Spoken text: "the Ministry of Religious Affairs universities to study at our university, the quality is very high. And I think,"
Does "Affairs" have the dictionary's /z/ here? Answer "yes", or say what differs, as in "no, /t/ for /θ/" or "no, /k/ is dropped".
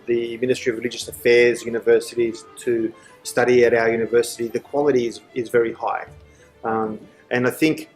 yes